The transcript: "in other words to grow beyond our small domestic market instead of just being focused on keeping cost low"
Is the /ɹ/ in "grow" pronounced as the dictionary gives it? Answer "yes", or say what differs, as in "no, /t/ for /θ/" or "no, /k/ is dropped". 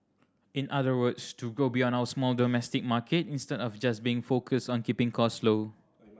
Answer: no, /ɹ/ is dropped